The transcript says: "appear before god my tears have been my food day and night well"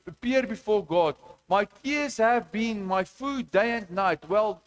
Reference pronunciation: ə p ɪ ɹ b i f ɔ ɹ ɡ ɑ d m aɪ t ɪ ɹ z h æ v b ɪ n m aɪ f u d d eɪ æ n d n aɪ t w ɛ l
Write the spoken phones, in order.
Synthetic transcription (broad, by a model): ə p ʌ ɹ b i f ɔ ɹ ɡ ɑ d m aɪ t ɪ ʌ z h æ v b ɪ n m aɪ f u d d eɪ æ n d n aɪ t w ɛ l